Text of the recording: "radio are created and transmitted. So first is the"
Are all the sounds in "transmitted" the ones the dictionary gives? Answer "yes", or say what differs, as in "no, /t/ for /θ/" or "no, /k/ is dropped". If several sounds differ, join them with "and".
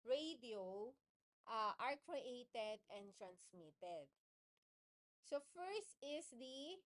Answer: yes